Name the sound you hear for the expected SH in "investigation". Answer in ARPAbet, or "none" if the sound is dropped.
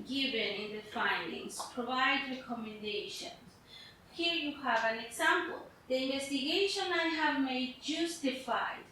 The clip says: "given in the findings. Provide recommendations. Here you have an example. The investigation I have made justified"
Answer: SH